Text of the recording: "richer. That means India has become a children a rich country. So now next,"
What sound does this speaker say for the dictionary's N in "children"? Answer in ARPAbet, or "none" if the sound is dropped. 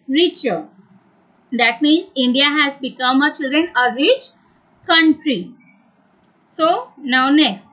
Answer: N